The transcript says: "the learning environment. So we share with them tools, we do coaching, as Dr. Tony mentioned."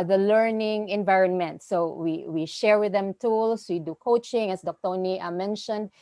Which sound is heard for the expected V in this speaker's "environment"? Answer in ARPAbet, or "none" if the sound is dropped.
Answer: V